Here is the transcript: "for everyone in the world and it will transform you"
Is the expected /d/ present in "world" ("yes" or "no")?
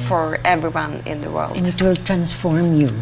no